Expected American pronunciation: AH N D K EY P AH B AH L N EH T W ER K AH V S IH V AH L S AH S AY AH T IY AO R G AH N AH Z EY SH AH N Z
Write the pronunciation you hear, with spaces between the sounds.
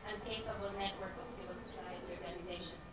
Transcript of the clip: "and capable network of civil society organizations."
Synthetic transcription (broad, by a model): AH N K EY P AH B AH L N EH T W ER K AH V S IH AH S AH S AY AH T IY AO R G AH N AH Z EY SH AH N